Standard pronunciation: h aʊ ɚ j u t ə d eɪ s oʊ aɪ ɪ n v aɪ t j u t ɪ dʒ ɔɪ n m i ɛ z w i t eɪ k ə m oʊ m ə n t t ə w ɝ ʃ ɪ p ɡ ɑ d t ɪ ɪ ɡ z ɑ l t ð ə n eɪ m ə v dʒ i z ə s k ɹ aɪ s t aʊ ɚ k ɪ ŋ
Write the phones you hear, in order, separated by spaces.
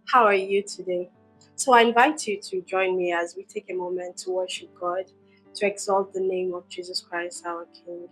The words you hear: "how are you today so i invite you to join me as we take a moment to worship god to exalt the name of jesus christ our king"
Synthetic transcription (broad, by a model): h aʊ ɚ j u t ə d eɪ s oʊ aɪ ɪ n v aɪ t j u t ɪ dʒ ɔɪ n m i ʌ z w i t eɪ k ə m oʊ m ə n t t ə w ɝ ʃ ɪ p ɡ ɑ d t ɪ ɪ ɡ z ɑ l t ð ə n eɪ m ə v dʒ i z ə s k ɹ aɪ s t aʊ ɚ k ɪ ŋ